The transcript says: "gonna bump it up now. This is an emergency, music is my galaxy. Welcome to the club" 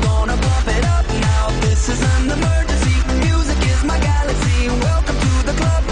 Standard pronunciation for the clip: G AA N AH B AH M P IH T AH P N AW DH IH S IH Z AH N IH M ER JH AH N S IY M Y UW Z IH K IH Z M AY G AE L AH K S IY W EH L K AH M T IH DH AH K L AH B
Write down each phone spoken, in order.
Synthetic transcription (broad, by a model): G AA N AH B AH P IH T AH P N AW DH IH S IH Z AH N IH M ER JH AH N S IY M Y UW Z IH K IH Z M AY G AE L AH K S IY W EH L K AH M T IH DH AH K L AH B